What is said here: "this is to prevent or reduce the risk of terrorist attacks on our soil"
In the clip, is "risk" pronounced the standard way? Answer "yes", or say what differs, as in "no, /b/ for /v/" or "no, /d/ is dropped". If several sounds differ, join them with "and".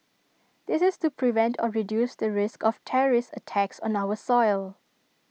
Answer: yes